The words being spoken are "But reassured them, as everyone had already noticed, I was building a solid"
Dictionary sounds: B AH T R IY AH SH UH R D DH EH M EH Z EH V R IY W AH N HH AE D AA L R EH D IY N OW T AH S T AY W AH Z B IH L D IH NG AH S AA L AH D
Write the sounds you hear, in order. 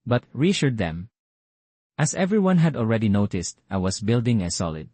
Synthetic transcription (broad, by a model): B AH T R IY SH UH R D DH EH M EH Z EH V R IY W AH N HH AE D AA L R EH D IY N OW T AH S T AY W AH S B IH L D IH NG AH S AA L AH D